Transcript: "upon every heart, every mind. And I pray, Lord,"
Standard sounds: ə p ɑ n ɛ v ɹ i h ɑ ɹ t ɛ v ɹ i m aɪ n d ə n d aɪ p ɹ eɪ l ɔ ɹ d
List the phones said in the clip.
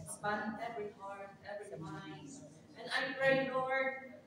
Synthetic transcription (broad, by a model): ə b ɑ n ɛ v ɹ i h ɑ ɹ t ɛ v ɹ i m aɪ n ə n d aɪ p ɹ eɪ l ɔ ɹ